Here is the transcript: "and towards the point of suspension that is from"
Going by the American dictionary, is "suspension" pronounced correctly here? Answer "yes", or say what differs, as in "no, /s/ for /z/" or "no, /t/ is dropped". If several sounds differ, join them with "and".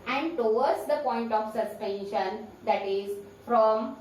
yes